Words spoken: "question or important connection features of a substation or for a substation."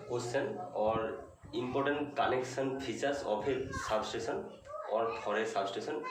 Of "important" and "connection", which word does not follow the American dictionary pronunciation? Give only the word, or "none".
connection